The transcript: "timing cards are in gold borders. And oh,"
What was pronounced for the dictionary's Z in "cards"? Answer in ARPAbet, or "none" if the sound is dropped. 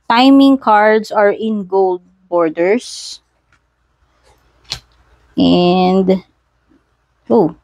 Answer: S